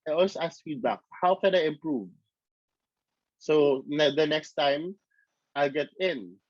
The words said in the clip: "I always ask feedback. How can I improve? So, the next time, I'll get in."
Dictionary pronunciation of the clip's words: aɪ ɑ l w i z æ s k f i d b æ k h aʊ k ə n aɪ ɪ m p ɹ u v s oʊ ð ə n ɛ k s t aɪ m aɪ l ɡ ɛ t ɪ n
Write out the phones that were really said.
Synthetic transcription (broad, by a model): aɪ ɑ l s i æ s f i d b æ k h aʊ k ə n aɪ ɪ m p ɹ u v s oʊ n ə n ɛ k s t aɪ m aɪ l ɡ ɛ t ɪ n